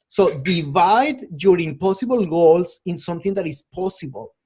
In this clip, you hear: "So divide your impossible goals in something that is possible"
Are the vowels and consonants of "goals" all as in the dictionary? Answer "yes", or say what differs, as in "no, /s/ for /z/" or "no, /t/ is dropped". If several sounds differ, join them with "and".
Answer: no, /s/ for /z/